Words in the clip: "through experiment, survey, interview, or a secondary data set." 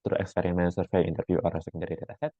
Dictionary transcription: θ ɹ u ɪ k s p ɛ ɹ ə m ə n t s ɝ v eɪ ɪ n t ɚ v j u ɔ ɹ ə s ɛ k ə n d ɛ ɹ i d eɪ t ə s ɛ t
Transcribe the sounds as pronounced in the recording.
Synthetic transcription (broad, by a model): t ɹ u ɪ k s p ɛ ɹ ə m ə n t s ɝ f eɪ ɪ n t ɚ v j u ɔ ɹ ə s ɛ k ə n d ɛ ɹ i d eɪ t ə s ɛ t